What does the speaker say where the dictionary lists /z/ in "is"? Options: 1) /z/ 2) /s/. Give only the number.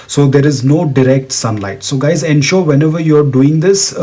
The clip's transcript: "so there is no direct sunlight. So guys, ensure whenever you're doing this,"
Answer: 1